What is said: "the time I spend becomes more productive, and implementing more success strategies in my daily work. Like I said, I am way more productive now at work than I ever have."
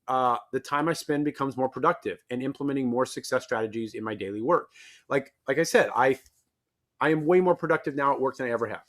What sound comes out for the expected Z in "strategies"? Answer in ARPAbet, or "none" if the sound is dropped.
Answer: Z